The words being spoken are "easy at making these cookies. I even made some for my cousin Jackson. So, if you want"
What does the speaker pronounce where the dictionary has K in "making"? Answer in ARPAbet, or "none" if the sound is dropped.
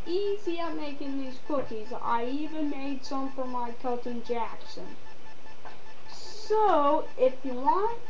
K